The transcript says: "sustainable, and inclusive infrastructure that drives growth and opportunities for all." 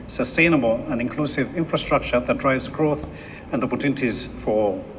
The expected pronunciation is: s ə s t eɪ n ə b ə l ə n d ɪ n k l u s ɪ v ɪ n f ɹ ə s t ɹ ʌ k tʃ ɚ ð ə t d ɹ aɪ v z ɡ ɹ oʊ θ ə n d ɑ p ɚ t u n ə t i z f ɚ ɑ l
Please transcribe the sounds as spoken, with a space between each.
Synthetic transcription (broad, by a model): s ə s t eɪ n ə b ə l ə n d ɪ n k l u s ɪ v ɪ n f ɹ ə s t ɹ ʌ k tʃ ɚ ð ə t d ɹ aɪ v z ɡ ɹ oʊ θ ə n d ɑ p ɚ t u n ə t i z f ɚ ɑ l